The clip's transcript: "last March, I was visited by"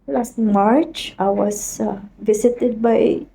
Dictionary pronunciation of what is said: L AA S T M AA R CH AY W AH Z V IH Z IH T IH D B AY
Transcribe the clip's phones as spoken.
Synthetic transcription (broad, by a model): L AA S T M AA R CH AY W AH S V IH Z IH T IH D B AY